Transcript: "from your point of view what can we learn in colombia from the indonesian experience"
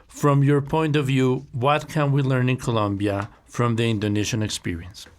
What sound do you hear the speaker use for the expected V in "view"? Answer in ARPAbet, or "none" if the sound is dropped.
V